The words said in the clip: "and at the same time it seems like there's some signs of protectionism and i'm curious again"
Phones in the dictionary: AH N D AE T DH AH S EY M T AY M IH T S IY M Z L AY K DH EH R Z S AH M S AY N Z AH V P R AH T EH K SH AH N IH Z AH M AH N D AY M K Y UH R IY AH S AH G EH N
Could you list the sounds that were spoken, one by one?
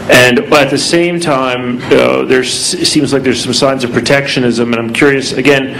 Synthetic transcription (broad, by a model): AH N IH T DH AH S EY M T AY M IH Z S IY M Z L AY K DH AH R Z S AH M S AY N Z AH V P R AH T EH K SH AH N IH Z AH M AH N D AY M K Y UH R IY AH S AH G EH N